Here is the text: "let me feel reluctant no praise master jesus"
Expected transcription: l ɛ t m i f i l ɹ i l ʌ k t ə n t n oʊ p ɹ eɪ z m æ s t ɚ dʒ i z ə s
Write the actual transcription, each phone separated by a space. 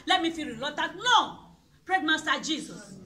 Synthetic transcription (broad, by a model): l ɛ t m i f i ɹ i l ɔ t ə t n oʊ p ɹ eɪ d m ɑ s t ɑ dʒ i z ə s